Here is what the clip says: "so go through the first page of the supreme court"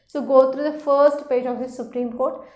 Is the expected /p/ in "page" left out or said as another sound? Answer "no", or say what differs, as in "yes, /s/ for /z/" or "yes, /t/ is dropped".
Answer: no